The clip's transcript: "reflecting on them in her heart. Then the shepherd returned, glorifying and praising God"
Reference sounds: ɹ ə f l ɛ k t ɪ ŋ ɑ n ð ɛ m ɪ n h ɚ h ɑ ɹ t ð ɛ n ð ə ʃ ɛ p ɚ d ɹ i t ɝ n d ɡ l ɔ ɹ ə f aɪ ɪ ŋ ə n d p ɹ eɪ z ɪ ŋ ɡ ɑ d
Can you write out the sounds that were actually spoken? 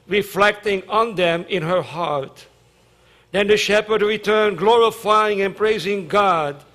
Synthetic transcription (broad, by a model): ɹ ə f l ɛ k t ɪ ŋ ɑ n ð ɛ m ɪ n h ɚ h ɑ ɹ t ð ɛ n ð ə ʃ ɛ p ɚ d ɹ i t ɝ n ɡ l ɔ ɹ ə f aɪ ɪ ŋ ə n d p ɹ eɪ z ɪ ŋ ɡ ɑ d